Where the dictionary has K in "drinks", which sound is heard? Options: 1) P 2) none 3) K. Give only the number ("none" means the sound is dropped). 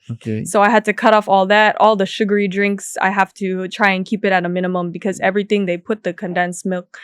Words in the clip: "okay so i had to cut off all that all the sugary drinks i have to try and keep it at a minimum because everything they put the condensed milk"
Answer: 3